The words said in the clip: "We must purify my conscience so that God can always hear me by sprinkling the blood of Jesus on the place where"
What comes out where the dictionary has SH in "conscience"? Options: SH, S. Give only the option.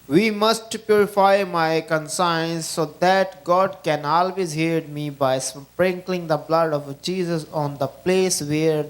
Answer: S